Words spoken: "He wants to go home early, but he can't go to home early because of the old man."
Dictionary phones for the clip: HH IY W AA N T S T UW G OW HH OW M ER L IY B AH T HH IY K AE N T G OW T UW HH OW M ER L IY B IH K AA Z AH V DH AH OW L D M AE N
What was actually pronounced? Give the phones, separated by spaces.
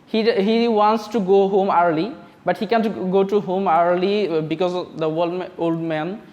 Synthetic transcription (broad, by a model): HH IY W AA N T S T UW G OW HH OW M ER L IY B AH T HH IY K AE N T G OW T UW HH OW M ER L IY B IH K AA Z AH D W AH OW L D M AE N